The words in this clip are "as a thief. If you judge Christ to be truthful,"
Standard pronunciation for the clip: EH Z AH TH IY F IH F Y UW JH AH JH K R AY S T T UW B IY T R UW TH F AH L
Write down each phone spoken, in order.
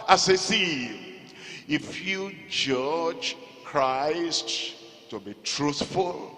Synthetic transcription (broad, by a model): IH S AH S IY IH F Y UW JH AH JH K R AY S T T UW B IY T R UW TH F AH L